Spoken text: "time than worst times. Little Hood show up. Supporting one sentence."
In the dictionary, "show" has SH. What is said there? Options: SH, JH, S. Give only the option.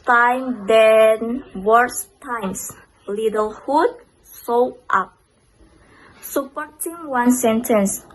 S